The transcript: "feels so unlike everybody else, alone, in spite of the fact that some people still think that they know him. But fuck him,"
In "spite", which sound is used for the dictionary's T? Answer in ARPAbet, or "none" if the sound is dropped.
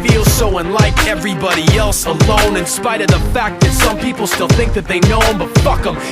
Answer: T